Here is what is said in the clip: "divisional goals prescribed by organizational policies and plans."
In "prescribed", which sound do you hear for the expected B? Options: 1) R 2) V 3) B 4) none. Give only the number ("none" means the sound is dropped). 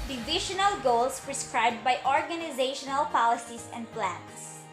3